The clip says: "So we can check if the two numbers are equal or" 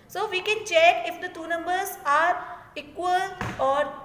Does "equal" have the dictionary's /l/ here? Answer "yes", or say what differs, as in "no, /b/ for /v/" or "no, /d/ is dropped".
yes